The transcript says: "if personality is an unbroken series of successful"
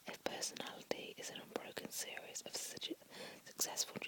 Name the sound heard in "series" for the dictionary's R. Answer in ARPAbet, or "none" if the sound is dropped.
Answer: R